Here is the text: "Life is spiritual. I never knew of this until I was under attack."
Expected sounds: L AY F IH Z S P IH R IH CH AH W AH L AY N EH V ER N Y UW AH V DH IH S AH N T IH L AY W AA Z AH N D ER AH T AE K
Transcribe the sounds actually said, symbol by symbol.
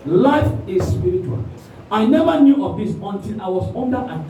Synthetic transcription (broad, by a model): L AY F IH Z S P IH R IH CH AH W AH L AY N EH V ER N Y UW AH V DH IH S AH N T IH N AY W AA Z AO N D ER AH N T